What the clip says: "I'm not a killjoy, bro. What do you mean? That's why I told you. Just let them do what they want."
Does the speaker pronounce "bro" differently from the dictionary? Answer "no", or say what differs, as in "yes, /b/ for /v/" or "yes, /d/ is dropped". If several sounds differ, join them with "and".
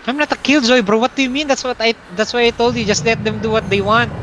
yes, /ɹ/ is dropped